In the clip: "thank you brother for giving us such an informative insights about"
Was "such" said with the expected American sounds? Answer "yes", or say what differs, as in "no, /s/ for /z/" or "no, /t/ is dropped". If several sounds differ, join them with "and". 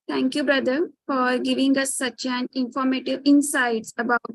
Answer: yes